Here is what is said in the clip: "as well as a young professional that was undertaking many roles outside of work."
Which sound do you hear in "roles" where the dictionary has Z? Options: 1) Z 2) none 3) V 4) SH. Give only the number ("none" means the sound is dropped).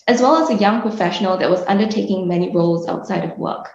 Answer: 1